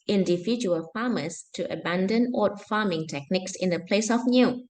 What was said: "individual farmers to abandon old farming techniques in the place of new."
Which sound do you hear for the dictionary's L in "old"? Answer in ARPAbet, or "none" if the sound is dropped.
none